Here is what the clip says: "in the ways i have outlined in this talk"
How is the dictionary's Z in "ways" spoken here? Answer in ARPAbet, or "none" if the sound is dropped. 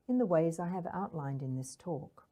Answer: Z